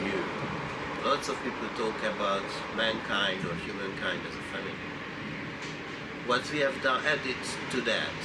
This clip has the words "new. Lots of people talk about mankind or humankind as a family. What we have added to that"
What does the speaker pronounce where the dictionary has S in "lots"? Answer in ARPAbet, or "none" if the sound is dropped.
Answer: S